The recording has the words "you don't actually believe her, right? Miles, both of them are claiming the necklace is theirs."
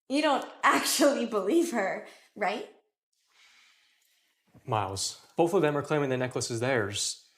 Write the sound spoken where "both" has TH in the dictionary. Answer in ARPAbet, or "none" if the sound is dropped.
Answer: TH